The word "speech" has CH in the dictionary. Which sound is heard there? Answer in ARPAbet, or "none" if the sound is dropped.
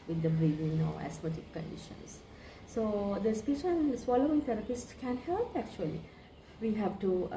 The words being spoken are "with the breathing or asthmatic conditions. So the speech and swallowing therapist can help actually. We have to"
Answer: SH